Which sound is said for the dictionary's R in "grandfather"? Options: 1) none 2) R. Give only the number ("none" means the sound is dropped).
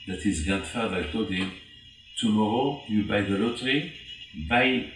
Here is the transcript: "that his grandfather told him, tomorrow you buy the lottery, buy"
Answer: 1